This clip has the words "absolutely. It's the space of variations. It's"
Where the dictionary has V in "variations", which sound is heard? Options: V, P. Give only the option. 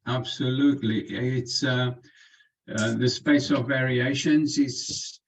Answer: V